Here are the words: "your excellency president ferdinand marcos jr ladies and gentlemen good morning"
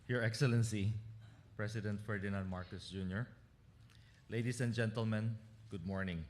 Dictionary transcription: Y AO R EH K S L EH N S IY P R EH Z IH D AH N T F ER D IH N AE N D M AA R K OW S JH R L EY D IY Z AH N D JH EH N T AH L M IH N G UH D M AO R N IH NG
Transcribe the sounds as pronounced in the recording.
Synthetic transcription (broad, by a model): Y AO R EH K S L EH N S IY P R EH S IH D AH N T F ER D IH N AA N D M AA R K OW S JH R L EY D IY S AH N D JH EH N T AH L M IH N G UH D M AO R N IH NG